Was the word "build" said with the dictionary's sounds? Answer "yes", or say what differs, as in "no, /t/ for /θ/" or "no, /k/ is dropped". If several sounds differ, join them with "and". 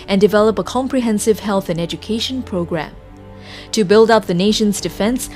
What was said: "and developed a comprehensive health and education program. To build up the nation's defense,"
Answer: yes